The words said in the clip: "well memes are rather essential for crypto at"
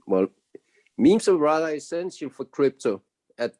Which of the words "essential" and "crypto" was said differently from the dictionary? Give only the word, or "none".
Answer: essential